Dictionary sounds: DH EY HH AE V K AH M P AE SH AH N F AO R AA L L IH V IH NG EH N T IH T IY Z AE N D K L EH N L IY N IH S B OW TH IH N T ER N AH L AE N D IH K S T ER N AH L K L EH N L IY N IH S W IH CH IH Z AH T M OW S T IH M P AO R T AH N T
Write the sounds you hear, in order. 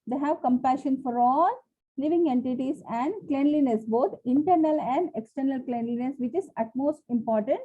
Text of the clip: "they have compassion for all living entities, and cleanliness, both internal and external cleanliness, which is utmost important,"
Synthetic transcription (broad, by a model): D EY HH AE V K AH M P AE SH AH N F AO R AA L L IH V IH NG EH N T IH T IY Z AE N D K L EH N L IY N IH S B OW T IH N T ER N AH L AE N D IH K S T ER N AH L K L EH N L IY N IH S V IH CH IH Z AH T M OW S T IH M P AO R T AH N T